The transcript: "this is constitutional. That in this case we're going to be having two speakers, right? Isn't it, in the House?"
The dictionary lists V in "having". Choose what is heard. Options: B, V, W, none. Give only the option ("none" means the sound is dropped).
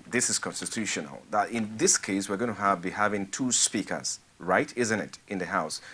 V